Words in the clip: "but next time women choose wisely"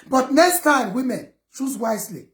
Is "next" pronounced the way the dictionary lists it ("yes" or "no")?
yes